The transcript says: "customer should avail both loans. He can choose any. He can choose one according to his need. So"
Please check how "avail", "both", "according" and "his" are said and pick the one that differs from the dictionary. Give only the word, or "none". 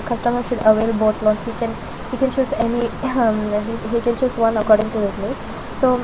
both